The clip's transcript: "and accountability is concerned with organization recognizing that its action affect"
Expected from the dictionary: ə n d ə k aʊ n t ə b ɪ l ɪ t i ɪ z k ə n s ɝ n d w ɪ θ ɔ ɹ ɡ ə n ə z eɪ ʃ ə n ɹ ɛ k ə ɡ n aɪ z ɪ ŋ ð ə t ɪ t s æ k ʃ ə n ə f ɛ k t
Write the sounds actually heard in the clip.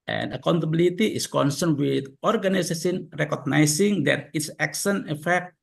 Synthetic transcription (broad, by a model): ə n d ə k aʊ n t ə b ɪ l ɪ t i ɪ s k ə n s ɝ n w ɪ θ ɔ ɹ ɡ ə n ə s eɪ s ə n ɹ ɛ k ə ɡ n aɪ s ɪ ŋ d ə t ɪ t s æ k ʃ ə n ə f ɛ k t